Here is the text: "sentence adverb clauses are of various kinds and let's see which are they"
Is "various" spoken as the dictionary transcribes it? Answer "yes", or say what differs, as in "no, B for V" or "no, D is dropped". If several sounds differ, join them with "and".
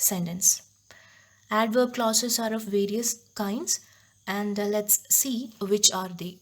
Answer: yes